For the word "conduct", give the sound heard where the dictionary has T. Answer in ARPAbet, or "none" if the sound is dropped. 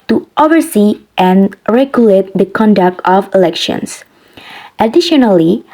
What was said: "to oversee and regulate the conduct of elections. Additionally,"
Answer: T